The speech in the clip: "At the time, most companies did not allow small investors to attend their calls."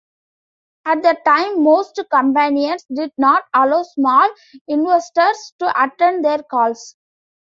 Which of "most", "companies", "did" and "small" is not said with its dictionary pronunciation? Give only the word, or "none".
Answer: companies